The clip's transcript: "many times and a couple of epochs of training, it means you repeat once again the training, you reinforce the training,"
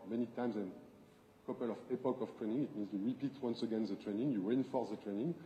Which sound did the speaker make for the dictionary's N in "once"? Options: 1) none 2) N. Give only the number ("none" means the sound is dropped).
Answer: 2